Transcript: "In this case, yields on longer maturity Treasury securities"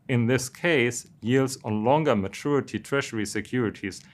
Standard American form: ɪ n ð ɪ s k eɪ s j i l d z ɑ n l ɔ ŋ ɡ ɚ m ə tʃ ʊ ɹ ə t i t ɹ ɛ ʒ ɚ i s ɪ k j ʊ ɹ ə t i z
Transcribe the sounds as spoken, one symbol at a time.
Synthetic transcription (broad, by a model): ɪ n ð ɪ s k eɪ s j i l d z n l ɔ ŋ ɡ ɚ m ə tʃ ʊ ɹ ə t i t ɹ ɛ ʃ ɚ i s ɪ k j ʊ ɹ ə t i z